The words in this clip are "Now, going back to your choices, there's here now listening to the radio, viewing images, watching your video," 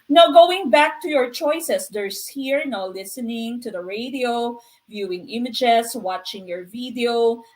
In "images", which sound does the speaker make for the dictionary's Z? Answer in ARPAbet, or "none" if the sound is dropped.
S